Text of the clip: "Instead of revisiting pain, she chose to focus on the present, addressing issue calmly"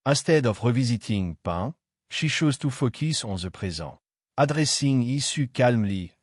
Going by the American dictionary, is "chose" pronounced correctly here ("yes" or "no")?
no